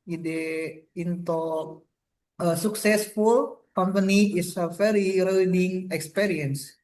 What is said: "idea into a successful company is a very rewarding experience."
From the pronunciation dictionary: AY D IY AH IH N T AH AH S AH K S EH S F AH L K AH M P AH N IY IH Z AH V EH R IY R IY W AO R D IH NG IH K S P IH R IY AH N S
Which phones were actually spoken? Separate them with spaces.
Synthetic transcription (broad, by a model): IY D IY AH IH N T AH AH S AH K S EH S F AH L K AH M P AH N IY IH S AH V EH R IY R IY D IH NG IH K S P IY R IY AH N S